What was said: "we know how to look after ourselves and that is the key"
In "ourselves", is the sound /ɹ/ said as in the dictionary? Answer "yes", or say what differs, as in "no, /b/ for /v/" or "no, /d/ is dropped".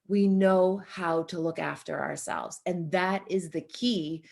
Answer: yes